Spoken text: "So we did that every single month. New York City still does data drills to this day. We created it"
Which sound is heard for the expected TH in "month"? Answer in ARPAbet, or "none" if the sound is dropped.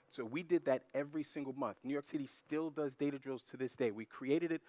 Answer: TH